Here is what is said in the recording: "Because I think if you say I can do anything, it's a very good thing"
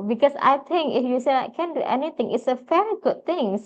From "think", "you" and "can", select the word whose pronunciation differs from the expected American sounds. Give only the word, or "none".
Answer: think